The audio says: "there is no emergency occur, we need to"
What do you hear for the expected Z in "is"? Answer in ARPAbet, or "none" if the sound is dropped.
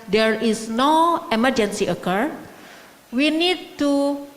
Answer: S